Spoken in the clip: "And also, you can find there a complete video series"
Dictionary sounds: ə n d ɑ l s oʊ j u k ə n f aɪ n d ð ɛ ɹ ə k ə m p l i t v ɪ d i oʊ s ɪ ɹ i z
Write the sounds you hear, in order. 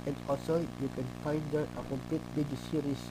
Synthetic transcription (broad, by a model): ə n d ɑ l s oʊ j u k ə n f aɪ n d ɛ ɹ ə k ə m p l i t b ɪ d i s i ɹ i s